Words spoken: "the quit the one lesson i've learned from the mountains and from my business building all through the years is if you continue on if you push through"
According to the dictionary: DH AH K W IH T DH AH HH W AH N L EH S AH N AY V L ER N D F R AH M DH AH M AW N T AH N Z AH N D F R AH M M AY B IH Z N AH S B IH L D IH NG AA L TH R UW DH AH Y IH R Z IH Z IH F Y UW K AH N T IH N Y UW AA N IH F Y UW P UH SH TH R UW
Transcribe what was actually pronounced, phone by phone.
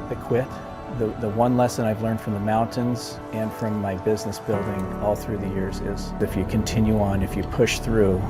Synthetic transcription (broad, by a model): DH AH K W IH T DH AH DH W AH N L EH S AH N AY V L ER N D F R AH M DH AH M AW N T AH N Z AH N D F R AH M M AY B IH Z N AH S B IH L D IH NG AA L TH R UW DH AH Y IH R Z IH Z IH F Y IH K AH N T IH N Y UW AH N IH F Y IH P UH SH TH R UW